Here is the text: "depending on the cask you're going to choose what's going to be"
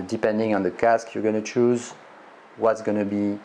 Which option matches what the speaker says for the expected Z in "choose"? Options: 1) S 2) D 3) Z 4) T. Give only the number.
3